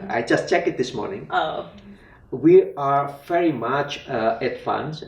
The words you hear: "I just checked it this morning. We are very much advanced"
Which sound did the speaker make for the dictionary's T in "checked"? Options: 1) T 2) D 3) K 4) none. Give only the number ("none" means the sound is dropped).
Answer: 4